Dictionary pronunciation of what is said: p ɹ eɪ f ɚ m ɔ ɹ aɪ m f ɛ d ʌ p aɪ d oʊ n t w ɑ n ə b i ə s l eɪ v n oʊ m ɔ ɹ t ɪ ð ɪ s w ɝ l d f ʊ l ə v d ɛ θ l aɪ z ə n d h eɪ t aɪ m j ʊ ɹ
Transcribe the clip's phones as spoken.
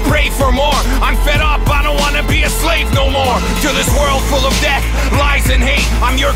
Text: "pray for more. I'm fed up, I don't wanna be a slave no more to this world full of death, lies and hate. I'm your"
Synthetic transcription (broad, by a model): p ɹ eɪ f ɚ m ɔ ɹ aɪ m f ɛ d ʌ b aɪ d oʊ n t w ɑ n ə b i ə s l eɪ v n oʊ m ɔ ɹ t ɪ ð ɪ s w ɝ l d f ʊ l ə v d ɛ θ l aɪ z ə n h eɪ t aɪ m j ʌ ɹ